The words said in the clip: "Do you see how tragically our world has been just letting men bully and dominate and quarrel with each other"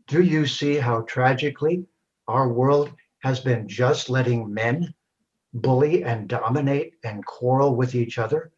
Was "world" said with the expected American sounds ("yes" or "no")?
yes